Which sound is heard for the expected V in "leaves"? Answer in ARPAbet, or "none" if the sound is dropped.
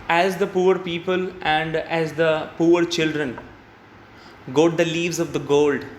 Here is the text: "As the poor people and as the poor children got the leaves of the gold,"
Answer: V